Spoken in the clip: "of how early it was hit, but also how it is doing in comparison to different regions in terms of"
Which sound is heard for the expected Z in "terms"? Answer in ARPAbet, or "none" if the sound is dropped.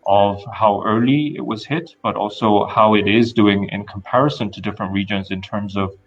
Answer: Z